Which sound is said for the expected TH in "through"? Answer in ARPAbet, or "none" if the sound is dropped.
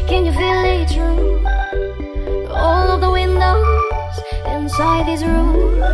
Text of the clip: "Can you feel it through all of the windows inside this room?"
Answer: T